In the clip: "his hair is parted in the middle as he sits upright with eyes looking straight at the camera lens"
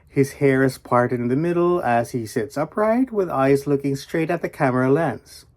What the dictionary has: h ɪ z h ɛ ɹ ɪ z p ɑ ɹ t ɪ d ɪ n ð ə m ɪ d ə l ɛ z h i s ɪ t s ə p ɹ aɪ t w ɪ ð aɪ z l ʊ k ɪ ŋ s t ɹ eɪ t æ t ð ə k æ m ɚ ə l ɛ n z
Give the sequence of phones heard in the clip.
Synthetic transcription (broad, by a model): h ɪ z h ɛ ɹ ɪ z p ɑ ɹ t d ɪ n ð ə m ɪ d l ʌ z h i s ɪ t s ə p ɹ aɪ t w ɪ ð aɪ z l ʊ k ɪ ŋ s t ɹ eɪ t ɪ t ð ə k æ m ɚ ə l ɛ n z